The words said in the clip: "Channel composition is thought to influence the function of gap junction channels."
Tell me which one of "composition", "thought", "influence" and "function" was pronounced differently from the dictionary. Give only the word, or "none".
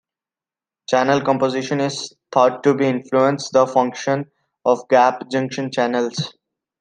thought